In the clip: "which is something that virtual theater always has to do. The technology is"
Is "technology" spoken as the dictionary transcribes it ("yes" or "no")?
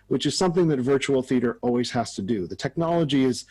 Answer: yes